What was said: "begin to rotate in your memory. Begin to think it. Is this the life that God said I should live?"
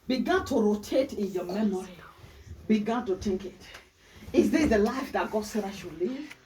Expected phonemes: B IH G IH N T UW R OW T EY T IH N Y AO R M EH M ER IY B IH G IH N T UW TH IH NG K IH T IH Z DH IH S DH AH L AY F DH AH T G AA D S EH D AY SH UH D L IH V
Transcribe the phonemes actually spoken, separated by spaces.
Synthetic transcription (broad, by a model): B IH G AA N T UW R OW T EY T IH N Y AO M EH M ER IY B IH G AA N T UW T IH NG K IH T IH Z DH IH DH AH L AY F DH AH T G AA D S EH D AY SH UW L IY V